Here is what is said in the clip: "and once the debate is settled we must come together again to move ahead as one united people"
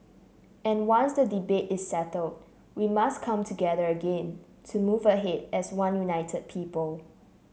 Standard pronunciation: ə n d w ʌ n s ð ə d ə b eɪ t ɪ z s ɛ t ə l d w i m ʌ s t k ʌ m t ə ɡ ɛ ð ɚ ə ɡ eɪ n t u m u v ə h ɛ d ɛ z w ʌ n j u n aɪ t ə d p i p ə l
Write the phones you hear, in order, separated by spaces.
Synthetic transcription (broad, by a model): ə n w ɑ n s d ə d ə b eɪ t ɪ s ɛ t ə l d w i m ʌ s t k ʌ m t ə ɡ ɛ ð ɚ ə ɡ eɪ n t u m u v ə h ɛ d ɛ s w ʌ n j u n aɪ t ə d p i p ə l